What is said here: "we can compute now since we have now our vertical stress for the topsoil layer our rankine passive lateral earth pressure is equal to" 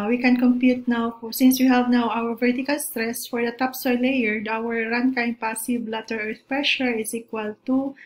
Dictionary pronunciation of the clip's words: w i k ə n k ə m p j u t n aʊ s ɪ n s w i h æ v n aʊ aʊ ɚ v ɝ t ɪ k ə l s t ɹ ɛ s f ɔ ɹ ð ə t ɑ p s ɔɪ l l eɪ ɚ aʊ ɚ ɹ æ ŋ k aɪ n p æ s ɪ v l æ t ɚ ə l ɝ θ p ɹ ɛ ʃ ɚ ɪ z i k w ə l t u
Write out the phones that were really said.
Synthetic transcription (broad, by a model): w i k ə n k ə m p j u t n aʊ s ɪ n s w i h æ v n aʊ aʊ ɚ v ɝ t ɪ k ə l s t ɹ ɛ s f ɔ ɹ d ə t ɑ p s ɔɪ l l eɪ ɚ aʊ ɚ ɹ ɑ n k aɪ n p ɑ s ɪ b l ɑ t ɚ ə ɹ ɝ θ p ɹ ɛ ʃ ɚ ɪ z i k w ə l t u